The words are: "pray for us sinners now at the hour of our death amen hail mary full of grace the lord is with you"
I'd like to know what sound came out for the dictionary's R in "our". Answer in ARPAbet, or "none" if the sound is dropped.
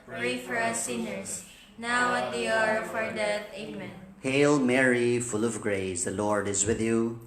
R